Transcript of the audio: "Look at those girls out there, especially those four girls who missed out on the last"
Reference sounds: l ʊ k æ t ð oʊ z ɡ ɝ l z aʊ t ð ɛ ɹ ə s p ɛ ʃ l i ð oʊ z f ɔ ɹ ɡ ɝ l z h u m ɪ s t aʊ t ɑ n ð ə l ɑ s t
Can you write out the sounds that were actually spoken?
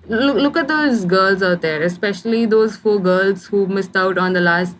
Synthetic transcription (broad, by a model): l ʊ k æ t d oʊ z ɡ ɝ l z aʊ t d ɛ ɹ ə s p ɛ ʃ l i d oʊ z f ɔ ɹ ɡ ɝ l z h u m ɪ s t aʊ t ɑ n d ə l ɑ s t